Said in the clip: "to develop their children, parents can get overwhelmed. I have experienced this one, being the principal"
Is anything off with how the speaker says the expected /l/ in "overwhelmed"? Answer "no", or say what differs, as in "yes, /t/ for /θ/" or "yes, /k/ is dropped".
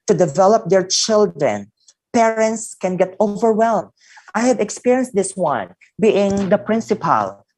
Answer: no